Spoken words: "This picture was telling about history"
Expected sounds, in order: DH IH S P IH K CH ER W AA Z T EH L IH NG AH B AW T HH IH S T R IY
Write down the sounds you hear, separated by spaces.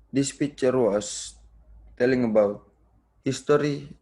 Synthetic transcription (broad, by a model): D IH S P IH CH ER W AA S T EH L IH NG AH B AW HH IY S T R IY